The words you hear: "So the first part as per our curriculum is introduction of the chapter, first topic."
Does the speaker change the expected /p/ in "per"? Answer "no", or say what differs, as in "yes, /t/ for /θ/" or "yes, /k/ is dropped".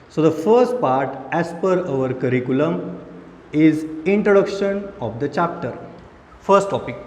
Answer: no